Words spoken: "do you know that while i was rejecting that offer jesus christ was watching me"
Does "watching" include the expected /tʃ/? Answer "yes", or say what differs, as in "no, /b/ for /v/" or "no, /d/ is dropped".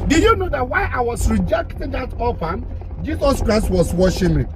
no, /ʃ/ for /tʃ/